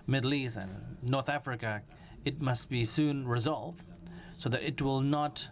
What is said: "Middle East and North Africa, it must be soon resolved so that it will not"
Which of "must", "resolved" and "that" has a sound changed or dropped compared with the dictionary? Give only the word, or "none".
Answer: none